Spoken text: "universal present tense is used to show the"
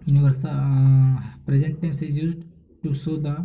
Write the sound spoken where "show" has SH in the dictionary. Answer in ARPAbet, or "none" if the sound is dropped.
S